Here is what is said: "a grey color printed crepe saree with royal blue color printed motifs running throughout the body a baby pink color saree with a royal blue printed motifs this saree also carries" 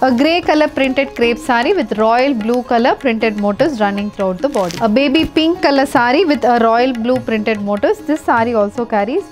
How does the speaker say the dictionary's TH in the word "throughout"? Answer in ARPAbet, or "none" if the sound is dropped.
T